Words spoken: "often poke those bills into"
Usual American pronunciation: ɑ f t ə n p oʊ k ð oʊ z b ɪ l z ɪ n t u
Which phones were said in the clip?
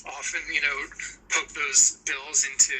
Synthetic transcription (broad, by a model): ɑ f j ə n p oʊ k ð oʊ z b ɪ l z ɪ n t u